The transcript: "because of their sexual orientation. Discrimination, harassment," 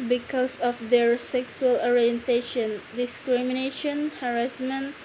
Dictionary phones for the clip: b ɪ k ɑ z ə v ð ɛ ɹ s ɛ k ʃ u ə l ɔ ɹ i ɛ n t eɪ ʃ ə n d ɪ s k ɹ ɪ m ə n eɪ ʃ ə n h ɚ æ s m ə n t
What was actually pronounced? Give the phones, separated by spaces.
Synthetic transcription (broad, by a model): b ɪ k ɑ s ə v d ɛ ɹ s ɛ k s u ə l ɔ ɹ i ɛ n t eɪ ʃ ə n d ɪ s k ɹ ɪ m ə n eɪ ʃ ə n h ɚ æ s m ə n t